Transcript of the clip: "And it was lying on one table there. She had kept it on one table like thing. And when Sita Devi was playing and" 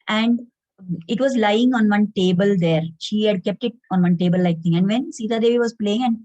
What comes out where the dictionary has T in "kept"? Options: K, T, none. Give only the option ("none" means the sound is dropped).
T